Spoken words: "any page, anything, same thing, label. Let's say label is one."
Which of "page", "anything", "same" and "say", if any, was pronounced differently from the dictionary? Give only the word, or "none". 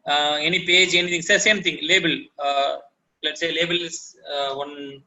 anything